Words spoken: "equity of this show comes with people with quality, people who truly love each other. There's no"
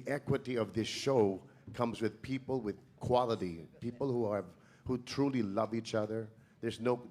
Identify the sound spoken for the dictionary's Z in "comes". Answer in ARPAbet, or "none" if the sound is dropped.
Z